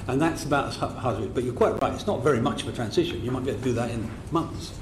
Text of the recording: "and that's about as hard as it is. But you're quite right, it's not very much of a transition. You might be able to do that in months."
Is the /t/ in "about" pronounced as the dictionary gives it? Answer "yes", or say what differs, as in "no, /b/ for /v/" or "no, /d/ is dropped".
yes